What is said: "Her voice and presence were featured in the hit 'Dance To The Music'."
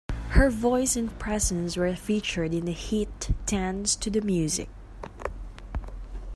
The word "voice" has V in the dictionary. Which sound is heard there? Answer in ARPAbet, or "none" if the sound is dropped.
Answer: V